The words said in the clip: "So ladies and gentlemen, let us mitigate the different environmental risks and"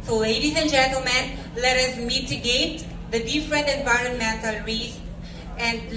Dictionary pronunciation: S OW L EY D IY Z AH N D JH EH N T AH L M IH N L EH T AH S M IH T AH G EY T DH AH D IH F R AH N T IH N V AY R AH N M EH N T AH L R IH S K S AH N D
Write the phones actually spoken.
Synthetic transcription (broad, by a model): S OW L EY D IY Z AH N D JH EH N T AH L M IH N L EH T AH S M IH T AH G EY T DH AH D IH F R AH N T IH N V AY R AH N M EH N T AH L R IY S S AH N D